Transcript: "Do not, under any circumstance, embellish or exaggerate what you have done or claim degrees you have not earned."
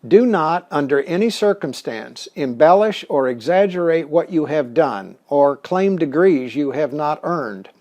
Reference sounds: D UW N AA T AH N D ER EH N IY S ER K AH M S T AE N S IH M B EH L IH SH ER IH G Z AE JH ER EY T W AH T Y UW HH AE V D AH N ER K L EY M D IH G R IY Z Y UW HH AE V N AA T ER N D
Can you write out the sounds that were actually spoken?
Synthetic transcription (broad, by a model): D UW N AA T AH N D ER EH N IY S ER K AH M S T AE N S IH M B EH L IH SH ER IH G Z AE JH ER EY T W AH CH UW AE V D AH N ER K L EY M D IH G R IY Z Y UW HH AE V N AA T ER N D